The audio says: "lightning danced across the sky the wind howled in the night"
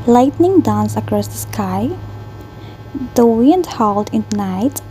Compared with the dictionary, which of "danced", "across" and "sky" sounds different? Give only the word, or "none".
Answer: danced